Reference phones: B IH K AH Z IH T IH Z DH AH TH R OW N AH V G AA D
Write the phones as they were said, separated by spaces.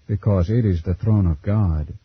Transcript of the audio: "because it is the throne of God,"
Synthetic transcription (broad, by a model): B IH K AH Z IH T IH Z DH AH TH R OW N AH V G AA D